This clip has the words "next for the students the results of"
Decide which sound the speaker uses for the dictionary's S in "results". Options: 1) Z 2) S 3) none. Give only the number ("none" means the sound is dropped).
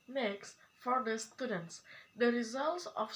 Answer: 2